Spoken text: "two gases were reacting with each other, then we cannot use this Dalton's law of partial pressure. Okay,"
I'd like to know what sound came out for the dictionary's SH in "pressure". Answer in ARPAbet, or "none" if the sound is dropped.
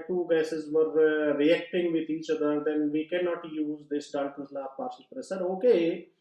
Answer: S